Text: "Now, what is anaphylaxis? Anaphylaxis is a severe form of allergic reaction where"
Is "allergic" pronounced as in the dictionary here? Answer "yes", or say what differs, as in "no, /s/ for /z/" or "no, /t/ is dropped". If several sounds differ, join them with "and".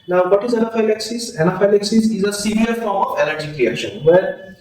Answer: no, /n/ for /l/